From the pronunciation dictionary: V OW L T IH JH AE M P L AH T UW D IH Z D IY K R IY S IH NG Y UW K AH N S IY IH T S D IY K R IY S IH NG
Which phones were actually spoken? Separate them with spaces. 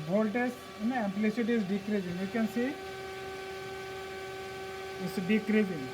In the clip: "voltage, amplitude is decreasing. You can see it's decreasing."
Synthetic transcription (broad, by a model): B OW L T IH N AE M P L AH S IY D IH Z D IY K R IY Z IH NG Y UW K AH N S IY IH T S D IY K R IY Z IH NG